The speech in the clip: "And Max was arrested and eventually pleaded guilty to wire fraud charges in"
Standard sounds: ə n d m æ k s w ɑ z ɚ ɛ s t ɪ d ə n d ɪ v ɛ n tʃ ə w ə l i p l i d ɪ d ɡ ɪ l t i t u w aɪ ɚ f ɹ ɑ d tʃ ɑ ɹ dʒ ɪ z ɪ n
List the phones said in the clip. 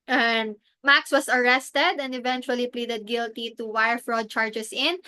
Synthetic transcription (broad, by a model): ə n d m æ k s w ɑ s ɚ ɛ s t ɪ d ə n d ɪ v ɛ n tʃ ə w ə l i p l i d ɪ d ɡ ɪ l t i t u w aɪ ɚ f ɹ ɑ d tʃ ɑ ɹ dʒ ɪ s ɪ n